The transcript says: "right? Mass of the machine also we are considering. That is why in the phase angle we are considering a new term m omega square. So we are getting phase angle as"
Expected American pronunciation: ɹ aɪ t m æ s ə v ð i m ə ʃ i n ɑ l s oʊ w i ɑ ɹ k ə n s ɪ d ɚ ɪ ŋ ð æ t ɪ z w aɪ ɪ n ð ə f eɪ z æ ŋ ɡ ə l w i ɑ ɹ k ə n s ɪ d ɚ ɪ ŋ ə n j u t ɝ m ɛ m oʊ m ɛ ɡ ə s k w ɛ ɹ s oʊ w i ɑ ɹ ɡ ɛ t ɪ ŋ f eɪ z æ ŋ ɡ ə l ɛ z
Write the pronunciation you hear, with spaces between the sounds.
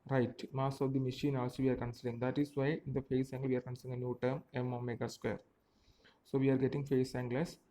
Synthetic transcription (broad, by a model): ɹ aɪ t m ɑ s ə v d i m ə ʃ i n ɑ s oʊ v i ɑ ɹ k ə n s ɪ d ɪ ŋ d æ t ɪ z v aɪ ɪ n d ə f eɪ s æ ŋ ɡ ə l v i ɑ ɹ k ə n s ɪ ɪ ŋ ə n j u t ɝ m ɛ m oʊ m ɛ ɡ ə s k w ɛ ɹ s oʊ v i ɑ ɹ ɡ ɛ t ɪ ŋ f eɪ s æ ŋ ɡ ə l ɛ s